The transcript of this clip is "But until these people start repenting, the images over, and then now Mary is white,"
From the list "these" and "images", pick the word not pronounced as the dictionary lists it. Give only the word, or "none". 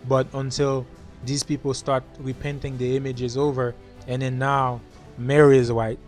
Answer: none